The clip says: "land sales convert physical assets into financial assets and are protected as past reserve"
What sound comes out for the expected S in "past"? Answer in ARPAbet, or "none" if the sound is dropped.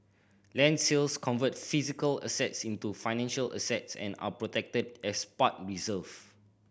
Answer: none